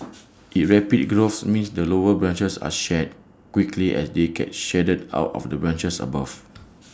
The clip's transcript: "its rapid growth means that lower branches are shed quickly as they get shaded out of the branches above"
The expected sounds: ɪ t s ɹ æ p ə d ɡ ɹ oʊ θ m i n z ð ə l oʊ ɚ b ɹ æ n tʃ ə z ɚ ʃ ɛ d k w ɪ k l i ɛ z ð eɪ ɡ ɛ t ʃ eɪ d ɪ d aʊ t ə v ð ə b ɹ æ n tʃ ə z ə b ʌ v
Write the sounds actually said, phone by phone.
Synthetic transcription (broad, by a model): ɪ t ɹ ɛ p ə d ɡ ɹ oʊ s m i n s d ə l oʊ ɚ b ɹ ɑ n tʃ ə s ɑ ʃ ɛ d k w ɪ k l i ɛ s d eɪ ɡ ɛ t ʃ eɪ d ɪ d aʊ t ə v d ə b ɹ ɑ n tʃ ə s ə b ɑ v